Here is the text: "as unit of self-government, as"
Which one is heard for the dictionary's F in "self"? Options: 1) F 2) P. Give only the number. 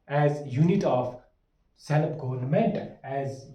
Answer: 2